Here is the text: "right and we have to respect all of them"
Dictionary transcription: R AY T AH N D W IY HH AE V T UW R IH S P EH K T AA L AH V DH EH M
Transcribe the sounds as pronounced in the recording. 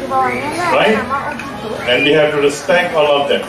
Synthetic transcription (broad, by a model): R AY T AH N D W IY HH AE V T UW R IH S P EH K AA L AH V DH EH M